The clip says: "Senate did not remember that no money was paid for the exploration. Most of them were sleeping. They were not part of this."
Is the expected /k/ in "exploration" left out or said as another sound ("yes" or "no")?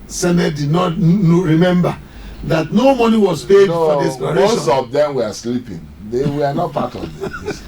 yes